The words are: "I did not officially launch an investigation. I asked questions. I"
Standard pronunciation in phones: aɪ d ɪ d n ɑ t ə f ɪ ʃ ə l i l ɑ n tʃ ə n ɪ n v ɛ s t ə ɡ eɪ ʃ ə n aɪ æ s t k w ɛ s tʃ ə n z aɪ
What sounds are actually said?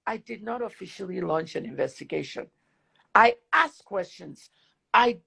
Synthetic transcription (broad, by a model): aɪ d ɪ d n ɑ t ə f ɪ ʃ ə l i l ɑ n tʃ ə n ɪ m v ɛ s t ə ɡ eɪ ʃ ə n aɪ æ s k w ɛ s tʃ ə n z aɪ